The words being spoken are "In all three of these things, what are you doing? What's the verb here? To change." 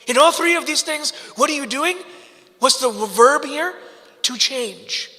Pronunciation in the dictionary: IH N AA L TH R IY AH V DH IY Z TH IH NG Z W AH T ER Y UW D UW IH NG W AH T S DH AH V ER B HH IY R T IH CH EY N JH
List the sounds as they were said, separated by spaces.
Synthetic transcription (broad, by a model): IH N AA L TH R IY AH V DH IY Z TH IH NG Z W AH T ER Y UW D UW IH NG W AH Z DH AH V ER B HH IY R T IH CH EY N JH